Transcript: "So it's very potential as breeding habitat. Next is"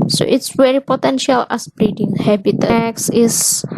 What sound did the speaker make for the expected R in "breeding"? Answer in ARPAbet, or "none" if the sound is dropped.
R